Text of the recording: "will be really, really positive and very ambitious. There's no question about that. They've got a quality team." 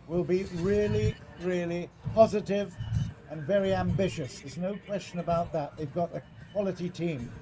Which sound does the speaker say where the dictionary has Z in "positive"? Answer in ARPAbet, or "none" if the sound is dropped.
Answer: Z